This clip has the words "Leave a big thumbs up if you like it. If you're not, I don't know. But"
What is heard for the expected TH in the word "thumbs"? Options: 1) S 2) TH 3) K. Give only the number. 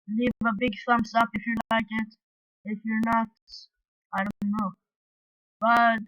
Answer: 1